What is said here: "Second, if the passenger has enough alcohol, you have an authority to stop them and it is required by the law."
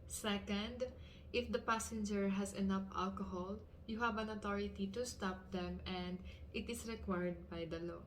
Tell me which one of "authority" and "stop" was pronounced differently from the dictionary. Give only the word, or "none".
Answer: authority